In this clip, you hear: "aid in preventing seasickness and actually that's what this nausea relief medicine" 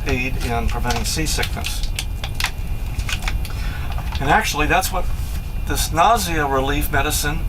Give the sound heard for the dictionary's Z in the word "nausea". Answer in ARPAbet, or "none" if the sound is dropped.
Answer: Z